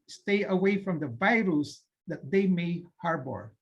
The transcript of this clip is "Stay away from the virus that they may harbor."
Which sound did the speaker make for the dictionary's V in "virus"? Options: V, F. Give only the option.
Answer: V